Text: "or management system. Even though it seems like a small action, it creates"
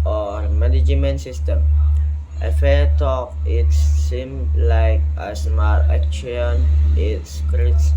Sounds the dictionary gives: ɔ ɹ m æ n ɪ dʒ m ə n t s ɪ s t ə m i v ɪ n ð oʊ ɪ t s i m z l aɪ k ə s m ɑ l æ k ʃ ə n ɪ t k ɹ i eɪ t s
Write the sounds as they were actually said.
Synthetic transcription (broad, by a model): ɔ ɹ m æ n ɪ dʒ m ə n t s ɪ s t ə m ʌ f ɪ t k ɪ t s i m l aɪ k ə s m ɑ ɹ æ k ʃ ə n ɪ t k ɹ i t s